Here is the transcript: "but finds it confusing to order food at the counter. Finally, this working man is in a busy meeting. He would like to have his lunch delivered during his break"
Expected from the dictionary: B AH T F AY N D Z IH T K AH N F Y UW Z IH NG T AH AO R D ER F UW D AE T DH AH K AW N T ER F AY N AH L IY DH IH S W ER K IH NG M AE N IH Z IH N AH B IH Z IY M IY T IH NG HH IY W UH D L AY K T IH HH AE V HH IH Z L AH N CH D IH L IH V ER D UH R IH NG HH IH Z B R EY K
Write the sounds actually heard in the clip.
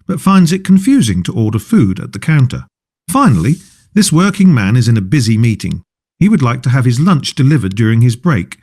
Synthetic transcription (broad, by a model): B AH T F AY N D Z IH T K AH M F Y UW Z IH NG T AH AO R D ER F UW D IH T DH AH K AW N T ER F AY N L IY DH IH S W ER K IH NG M AE N IH Z IH N AH B IH Z IY M IY T IH NG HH IY W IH D L AY K T IH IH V IH Z L AH N CH D IH L IH V ER D UH R IH NG IH Z B R EY K